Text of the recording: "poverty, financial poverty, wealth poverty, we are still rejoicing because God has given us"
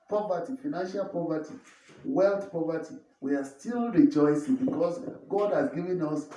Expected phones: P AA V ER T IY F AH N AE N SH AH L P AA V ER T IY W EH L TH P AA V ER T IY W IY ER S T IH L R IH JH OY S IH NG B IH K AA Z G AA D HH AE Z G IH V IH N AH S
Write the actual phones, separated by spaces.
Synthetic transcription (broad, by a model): P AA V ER T IY F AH N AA N SH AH L P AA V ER T IY W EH L T P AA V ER T IY W IY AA S T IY L R IH JH OY S IH NG B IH K AA S G AA D HH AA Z G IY V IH N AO S